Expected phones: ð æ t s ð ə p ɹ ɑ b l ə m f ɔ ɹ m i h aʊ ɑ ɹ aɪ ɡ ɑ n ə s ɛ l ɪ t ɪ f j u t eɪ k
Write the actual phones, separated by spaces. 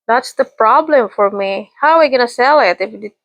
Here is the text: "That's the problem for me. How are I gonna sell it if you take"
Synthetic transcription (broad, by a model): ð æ t s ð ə p ɹ ɑ b l ə m f ɔ ɹ m i h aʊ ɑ w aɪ ɡ ɑ n ə s ɛ l ɪ t ɪ f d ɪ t